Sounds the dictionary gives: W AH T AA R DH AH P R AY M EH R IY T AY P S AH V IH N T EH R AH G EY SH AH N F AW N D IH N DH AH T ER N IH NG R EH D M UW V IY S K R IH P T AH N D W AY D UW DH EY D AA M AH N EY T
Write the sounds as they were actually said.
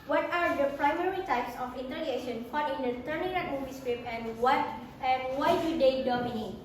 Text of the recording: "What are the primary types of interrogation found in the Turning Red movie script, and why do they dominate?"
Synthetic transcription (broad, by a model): W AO T AA R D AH P R AY M EH R IY T AY P S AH F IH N T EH L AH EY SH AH N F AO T IH N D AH T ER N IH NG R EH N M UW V IY S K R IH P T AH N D W AY D UW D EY D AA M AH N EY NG